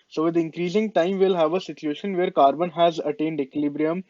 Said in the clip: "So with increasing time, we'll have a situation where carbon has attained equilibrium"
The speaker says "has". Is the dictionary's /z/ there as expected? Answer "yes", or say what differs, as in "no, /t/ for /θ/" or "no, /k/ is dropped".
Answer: yes